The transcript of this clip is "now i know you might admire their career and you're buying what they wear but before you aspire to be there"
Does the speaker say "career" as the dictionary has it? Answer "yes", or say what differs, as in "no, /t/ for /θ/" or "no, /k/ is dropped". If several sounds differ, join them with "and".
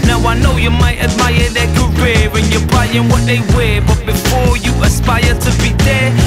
no, /w/ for /ɹ/